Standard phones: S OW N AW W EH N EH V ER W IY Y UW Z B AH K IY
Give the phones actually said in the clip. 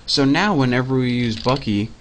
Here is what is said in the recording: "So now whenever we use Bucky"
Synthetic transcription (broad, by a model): S OW N AW W EH N EH V ER W IY Y UW Z B AH K IY